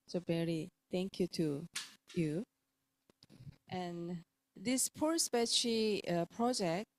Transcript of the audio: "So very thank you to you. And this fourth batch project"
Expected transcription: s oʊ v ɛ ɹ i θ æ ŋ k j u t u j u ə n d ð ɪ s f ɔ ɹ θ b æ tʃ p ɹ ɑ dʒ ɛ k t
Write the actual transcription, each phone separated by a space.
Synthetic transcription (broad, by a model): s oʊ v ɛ ɹ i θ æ ŋ k j u t u j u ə n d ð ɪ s p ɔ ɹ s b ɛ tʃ p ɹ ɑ dʒ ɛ k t